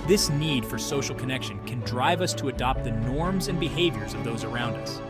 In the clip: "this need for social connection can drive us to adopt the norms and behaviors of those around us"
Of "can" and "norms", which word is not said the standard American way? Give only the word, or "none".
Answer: none